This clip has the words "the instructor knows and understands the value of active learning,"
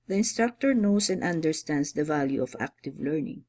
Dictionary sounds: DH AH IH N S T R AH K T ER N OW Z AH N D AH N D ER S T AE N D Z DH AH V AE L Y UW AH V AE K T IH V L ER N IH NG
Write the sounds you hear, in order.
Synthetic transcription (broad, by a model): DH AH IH N S T R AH K T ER N OW S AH N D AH N D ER S T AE N D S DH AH V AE L Y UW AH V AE K T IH V L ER N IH NG